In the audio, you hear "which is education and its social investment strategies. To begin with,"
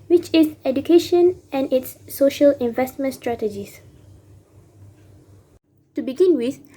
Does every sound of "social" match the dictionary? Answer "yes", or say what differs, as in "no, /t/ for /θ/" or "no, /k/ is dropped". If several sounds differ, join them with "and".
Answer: yes